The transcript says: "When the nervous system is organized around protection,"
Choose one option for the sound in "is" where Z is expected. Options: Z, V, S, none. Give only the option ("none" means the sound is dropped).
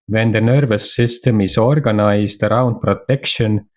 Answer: S